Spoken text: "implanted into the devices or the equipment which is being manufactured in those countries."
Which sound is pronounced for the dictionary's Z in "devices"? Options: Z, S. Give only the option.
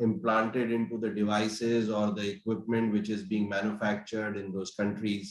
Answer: Z